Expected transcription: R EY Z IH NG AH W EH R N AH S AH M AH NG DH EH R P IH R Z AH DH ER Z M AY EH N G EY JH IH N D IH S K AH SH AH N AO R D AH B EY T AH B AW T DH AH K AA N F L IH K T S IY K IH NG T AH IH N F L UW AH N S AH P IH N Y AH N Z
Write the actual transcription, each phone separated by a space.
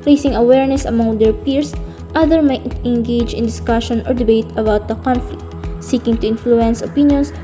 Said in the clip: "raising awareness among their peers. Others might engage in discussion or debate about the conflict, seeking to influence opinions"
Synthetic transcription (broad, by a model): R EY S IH NG AH W EH R N AH S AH M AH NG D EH R P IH R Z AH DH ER M AY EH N G EY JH IH N D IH S K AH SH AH N AO R D AH B EY T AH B AW T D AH K AA N F L IH K T S IY K IH NG T AH IH N F L UW AH N S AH P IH N Y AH N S